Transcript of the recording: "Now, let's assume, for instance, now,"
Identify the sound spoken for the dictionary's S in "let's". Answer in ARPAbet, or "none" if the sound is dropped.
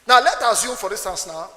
none